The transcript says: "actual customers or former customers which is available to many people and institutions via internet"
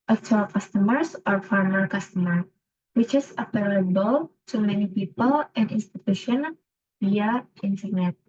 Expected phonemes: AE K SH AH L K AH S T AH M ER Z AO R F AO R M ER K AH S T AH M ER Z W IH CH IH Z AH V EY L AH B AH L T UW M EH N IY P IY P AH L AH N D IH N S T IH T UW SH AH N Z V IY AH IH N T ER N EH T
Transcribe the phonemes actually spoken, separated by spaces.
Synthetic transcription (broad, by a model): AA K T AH L K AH S T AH M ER S AO R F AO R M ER K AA S T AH M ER W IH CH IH S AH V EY L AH B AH L T UW M EH N IY P IY P AH L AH N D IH N S T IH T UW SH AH N V IY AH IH N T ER N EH T